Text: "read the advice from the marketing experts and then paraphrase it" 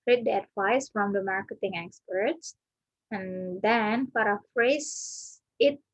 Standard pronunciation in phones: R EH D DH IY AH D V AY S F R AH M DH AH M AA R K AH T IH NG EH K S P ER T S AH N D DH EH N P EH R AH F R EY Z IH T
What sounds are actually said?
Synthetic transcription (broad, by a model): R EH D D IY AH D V AY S F R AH M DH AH M AA R K AH T IH NG EH K S P ER T S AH N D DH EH N F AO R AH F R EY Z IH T